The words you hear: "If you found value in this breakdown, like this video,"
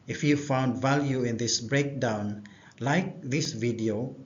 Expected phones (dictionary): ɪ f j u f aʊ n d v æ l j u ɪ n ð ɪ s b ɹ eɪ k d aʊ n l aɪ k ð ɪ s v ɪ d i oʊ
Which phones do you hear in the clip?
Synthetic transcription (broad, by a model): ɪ f j u f aʊ n d v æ l j u ɪ n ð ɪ s b ɹ eɪ k d aʊ n l aɪ k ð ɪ s v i d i oʊ